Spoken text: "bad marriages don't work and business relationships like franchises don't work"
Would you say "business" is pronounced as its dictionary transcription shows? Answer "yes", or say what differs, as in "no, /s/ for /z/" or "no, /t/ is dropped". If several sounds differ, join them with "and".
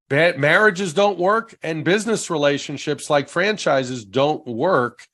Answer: yes